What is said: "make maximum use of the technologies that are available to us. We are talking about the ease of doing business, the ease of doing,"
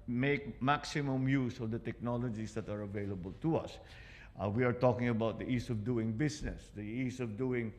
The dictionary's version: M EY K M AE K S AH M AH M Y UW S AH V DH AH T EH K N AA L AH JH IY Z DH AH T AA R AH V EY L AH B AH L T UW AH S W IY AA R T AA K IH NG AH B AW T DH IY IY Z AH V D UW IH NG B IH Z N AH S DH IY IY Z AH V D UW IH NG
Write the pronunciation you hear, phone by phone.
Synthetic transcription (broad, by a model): M EY K M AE K S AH M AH M Y UW S AH V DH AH T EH K N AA L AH JH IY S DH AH T AA R AH V EY L AH B AH L T UW AH S W IY AA R T AA K IH NG AH B AW T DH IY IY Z AH V D UW IH NG B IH S N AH S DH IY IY S AH V D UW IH NG